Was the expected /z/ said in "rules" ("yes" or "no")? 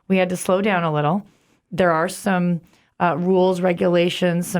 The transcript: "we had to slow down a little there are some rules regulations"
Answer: yes